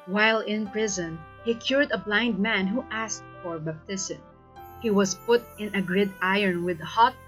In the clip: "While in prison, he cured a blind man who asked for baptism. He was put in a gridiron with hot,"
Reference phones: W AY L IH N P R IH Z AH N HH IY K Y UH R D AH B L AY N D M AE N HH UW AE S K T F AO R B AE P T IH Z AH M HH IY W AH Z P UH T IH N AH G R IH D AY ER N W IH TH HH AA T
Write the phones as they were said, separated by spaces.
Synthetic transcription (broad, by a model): W AY L IH N P R IH Z AH N HH IY K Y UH R D AH B L AY N D M AE N HH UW AE S K T F AO R B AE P T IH S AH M HH IY W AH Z P UH T IH N AH G R IH D AY ER N W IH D HH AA T